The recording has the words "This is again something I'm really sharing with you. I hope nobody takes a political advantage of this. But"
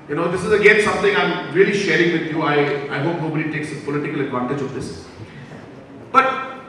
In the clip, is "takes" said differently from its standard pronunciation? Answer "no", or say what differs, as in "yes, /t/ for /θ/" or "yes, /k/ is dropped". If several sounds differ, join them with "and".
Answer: no